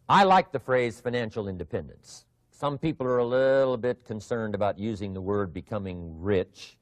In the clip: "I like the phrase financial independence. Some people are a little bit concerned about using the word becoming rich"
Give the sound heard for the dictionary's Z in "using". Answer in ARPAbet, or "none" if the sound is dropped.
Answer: Z